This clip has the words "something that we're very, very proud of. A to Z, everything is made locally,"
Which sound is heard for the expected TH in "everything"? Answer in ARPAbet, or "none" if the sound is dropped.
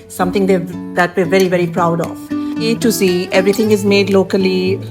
T